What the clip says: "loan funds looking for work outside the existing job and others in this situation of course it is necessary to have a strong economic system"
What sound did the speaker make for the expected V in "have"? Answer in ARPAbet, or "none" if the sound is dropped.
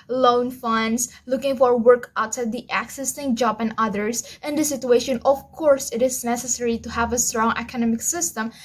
V